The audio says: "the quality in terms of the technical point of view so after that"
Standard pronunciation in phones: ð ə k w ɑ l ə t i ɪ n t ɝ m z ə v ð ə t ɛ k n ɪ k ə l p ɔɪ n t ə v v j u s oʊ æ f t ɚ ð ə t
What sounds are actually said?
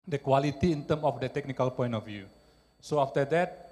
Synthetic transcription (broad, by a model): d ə k w ɑ l ə t i ɪ n t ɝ m ə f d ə t ɛ k n ɪ k ə l p ɔɪ n t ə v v j u s oʊ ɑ f t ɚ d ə t